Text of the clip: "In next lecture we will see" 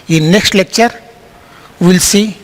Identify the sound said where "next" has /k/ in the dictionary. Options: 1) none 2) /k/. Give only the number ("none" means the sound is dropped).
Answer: 2